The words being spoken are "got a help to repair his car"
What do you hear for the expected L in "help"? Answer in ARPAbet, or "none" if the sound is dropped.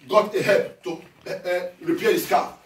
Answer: none